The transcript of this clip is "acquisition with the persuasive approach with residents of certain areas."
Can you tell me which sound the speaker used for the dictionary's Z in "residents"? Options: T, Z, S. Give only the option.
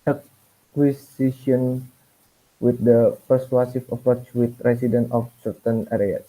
S